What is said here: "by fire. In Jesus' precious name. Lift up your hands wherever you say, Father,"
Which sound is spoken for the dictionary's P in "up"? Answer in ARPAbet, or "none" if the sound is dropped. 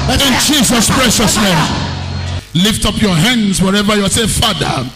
P